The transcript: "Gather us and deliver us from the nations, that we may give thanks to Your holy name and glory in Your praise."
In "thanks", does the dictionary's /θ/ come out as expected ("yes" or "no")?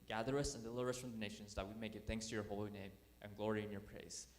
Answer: yes